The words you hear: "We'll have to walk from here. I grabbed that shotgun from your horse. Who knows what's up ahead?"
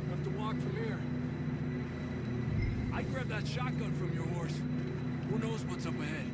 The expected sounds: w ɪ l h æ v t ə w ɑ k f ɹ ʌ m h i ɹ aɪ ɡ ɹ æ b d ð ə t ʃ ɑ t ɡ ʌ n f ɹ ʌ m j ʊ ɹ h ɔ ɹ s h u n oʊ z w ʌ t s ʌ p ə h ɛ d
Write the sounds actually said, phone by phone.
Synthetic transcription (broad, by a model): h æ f t ə w ɑ k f ɹ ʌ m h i ɹ aɪ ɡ ɹ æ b ð ə t ʃ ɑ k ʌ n f ɹ ʌ m j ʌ ɹ h ɔ ɹ s h u n oʊ z w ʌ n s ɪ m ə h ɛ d